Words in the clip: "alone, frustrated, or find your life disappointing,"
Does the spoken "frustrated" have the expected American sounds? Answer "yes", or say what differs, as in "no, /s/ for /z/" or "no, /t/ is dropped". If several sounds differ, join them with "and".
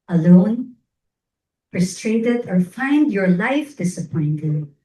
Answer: no, /p/ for /f/